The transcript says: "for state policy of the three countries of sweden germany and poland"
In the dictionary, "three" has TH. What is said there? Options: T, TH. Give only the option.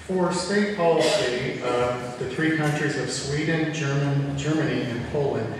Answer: TH